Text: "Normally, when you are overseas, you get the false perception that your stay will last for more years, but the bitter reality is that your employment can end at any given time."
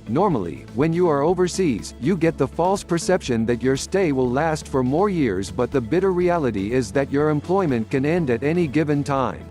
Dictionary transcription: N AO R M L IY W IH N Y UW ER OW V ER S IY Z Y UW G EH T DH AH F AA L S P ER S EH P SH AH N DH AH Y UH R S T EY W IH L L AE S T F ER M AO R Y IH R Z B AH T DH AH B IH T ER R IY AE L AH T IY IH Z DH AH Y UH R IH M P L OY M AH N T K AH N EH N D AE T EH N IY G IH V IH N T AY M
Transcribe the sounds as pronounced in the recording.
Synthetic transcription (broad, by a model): N AO R M L IY W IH N Y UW ER OW V ER S IY Z Y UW G EH T DH AH F AA L S P ER S EH P SH AH N DH AH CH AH R S T EY W IH L L AE S T F ER M AO R Y IH R Z B AH T DH AH B IH T ER R IY AE L AH T IY IH Z DH AH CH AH R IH M P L OY M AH N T K AH N EH N D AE T EH N IY G IH V IH N T AY M